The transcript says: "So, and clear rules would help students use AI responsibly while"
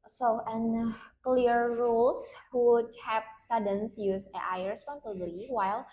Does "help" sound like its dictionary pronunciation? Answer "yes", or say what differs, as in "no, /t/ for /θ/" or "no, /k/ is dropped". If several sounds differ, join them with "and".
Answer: no, /l/ is dropped